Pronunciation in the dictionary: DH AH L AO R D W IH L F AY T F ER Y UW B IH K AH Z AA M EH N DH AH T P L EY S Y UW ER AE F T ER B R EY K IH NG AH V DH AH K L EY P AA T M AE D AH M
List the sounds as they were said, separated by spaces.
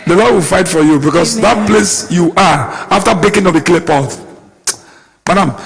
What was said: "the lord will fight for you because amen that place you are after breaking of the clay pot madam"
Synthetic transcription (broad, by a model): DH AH L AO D W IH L F AY T F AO Y UW B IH K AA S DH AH T P L EY S Y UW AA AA F T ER B EY K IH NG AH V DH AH K L EY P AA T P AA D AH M